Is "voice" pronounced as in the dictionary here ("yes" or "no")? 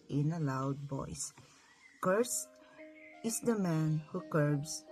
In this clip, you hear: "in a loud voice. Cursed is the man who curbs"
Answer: no